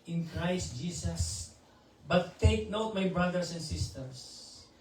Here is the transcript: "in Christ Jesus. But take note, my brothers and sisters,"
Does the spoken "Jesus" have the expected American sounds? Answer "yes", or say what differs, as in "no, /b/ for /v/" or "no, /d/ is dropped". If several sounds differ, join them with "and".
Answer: no, /s/ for /z/